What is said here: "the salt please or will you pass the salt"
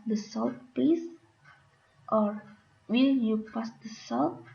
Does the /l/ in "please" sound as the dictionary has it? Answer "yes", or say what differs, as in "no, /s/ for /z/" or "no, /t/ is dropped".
no, /l/ is dropped